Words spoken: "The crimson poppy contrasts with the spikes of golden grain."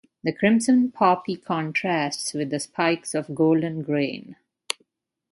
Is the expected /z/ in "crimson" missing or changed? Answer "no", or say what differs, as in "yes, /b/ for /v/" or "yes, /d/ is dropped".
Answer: yes, /s/ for /z/